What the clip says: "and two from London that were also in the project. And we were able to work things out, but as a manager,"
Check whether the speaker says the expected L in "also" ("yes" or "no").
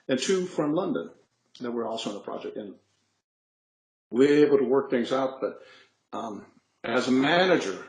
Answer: yes